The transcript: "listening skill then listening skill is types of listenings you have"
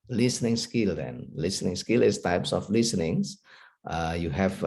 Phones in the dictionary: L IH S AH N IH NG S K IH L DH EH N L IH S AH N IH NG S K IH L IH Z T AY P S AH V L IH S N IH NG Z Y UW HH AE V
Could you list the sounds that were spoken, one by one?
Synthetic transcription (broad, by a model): L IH S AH N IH NG S K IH L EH N L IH S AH N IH NG S K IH L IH S T AY P S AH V L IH S N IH NG S Y UW HH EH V